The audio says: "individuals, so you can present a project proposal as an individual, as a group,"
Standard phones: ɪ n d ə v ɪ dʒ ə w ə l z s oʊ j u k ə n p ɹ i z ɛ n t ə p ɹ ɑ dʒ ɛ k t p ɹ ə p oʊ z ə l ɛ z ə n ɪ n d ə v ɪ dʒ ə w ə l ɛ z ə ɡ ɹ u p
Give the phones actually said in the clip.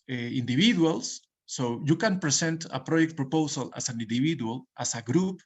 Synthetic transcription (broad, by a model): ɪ n d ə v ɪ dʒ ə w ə l s oʊ j u k ə n p ɹ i s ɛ n t ə p ɹ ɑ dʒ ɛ k t p ɹ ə p oʊ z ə l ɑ s ə n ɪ n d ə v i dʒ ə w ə l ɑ s ə ɡ ɹ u p